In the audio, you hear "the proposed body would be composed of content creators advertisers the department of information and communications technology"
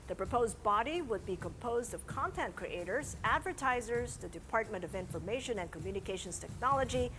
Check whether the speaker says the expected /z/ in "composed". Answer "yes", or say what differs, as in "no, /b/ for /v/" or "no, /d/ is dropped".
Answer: yes